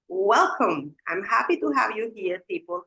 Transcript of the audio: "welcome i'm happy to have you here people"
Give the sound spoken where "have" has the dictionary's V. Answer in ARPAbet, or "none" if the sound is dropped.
V